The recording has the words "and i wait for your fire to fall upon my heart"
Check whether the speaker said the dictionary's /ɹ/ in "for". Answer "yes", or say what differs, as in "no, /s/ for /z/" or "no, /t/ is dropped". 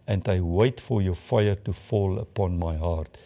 yes